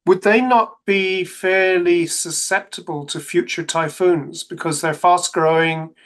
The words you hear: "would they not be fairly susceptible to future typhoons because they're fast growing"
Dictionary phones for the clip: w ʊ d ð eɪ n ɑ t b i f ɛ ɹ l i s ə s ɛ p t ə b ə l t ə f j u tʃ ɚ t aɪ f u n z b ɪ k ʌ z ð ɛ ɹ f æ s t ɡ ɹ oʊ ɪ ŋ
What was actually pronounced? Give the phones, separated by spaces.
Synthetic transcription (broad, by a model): w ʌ d ð eɪ n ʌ t b i f ɛ ɹ l i s ə s ɛ p t ə b ə l t ə f j u tʃ ɚ t aɪ f u n z b ɪ k ʌ z ð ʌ ɹ f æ s t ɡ ɹ oʊ ɪ ŋ